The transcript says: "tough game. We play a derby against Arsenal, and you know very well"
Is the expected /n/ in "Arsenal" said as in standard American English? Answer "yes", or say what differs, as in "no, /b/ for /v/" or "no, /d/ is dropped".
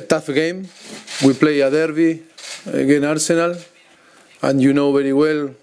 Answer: yes